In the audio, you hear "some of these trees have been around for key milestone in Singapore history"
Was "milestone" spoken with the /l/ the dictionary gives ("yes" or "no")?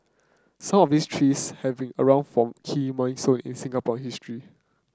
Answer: no